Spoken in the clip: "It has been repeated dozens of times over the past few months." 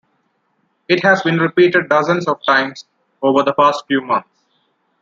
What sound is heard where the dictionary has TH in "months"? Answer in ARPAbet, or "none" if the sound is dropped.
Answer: T